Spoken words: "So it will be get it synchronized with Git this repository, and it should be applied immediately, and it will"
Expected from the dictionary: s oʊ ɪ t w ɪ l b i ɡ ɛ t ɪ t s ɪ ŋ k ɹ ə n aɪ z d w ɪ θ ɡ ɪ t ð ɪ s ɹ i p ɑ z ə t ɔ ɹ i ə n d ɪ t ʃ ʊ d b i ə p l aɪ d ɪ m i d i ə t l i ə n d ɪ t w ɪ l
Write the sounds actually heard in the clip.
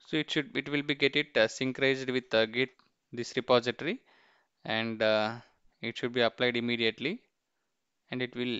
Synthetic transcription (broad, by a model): s oʊ ɪ t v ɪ l b i ɡ ɛ t ɪ t s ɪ ŋ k ɹ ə ɪ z d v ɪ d ɡ ɪ t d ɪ s ɹ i p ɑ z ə t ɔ ɹ i ə n d ɪ t ʃ ʊ d b i ə p l aɪ d ɪ m i d i ə t l i ə n d ɪ t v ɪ l